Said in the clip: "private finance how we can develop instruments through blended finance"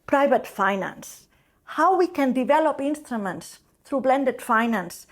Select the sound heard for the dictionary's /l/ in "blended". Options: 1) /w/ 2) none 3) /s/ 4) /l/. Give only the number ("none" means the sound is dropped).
4